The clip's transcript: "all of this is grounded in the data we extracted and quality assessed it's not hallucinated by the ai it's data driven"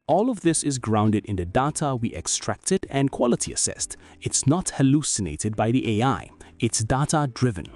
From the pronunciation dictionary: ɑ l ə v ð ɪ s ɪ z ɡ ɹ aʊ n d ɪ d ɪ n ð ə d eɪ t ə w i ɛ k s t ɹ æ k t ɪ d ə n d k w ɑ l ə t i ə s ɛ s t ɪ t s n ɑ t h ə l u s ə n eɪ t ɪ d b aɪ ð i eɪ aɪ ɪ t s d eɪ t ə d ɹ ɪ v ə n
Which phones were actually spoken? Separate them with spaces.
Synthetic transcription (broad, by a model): ɑ l ə v ð ɪ s ɪ z ɡ ɹ aʊ n d ɪ d ɪ n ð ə d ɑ t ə w i ɛ k s t ɹ æ k t ɪ d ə n k w ɑ l ə t i ə s ɛ s t ɪ t s n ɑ t h ə l u s ə n eɪ t ɪ d b aɪ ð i eɪ aɪ ɪ t s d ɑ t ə d ɹ ɪ v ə n